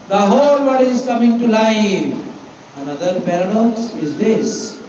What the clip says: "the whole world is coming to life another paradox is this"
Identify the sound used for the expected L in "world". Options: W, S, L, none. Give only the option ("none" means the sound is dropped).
none